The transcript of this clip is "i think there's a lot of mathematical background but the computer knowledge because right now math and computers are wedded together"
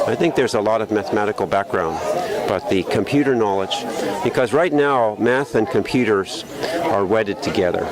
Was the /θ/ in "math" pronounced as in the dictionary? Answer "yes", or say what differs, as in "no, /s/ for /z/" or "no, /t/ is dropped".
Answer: yes